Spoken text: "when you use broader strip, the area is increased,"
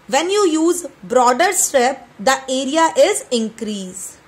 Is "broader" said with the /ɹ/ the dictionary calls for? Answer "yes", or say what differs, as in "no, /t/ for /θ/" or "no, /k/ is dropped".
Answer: yes